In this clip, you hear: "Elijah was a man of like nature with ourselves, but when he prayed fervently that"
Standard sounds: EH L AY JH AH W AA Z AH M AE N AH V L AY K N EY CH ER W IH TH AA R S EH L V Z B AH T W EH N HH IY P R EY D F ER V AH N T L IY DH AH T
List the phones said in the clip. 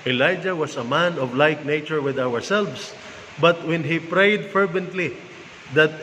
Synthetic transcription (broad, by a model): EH L AY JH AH W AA S AH M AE N AH V L AY K N EY CH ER W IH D AA R S EH L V S B AH T W EH N HH IY P R EY D F ER V AH N T L IY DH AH T